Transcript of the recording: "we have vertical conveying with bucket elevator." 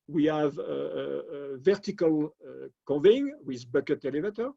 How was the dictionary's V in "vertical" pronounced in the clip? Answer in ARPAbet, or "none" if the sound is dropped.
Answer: V